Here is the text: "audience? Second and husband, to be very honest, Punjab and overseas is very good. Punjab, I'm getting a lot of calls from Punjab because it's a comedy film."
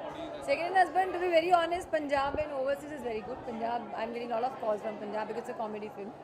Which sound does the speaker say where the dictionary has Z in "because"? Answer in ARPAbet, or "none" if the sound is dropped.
none